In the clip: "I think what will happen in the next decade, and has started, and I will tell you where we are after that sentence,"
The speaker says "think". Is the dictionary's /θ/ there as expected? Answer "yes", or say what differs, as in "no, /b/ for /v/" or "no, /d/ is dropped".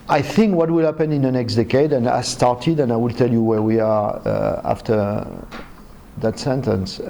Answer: yes